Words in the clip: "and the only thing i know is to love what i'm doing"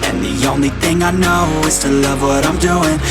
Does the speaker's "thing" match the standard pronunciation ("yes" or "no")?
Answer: yes